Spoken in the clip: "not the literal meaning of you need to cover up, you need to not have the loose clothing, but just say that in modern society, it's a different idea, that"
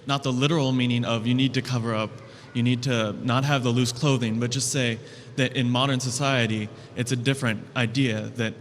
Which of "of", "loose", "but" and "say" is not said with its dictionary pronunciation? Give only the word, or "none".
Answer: none